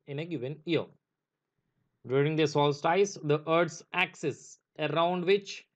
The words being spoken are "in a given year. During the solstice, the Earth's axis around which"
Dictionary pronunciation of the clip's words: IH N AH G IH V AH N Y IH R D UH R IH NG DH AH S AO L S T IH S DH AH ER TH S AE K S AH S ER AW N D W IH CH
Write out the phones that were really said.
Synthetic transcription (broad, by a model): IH N AH G IH V AH N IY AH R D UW R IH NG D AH S AO L S T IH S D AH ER T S AE K S AH S ER AW N D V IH CH